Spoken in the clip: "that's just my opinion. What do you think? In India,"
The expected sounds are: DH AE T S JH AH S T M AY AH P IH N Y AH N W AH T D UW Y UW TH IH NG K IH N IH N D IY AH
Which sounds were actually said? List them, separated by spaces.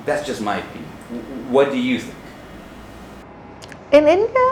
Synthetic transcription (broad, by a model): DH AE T S JH AH S T M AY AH IH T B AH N W AH T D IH Y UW TH IH NG K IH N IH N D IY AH